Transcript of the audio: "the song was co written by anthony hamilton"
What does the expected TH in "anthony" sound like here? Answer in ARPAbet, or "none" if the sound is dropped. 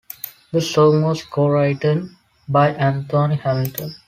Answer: T